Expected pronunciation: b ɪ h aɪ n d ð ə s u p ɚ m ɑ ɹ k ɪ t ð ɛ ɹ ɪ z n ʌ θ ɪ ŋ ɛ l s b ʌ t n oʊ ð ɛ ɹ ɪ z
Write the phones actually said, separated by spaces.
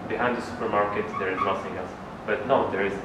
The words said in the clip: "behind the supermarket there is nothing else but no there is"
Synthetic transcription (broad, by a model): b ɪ h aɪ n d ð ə s u p ɚ m ɑ ɹ k ɪ t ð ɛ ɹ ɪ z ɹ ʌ s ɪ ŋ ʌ s b ʌ t n oʊ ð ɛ ɹ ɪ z